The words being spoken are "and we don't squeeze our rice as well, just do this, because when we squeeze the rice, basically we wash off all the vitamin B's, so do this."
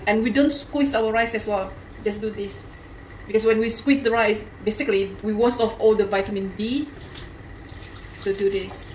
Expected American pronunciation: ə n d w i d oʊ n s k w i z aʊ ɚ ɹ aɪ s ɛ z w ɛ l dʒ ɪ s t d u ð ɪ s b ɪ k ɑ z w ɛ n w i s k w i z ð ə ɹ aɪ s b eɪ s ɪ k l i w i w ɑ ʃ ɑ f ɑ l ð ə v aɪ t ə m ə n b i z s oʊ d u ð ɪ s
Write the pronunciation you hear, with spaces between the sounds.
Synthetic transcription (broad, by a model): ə n w i d oʊ n s k w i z aʊ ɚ ɹ aɪ s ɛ s w ɛ l dʒ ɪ s d u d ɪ s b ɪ k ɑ s w ɛ n w i s k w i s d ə ɹ aɪ s b eɪ s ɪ k l i w i w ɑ s ɑ f ɑ l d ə v aɪ t ə m ə n b i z s oʊ d u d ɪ s